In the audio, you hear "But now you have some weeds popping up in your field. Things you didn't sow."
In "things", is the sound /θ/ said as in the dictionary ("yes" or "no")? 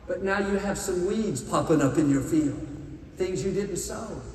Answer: yes